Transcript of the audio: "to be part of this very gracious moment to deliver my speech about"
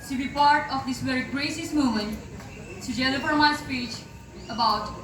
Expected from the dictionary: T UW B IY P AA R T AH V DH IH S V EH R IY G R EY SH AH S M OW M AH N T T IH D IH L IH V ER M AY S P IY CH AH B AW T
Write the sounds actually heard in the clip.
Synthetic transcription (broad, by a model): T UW B IY P AA R T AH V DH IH S V EH R IY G R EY S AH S M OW M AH N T T IH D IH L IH F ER M AY S P IY CH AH B AW T